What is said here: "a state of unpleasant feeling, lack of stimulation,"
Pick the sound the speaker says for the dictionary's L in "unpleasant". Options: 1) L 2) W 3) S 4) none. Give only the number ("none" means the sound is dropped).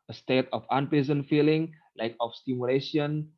4